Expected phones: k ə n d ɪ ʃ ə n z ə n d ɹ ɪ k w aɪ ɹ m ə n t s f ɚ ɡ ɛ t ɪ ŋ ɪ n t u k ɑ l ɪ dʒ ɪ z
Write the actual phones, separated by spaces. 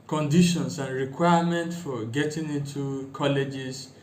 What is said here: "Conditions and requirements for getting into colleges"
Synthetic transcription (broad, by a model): k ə n d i ʃ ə n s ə n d ɹ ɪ k w aɪ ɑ m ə n t f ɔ ɡ ɛ t ɪ ŋ ɪ n t u k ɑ l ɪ dʒ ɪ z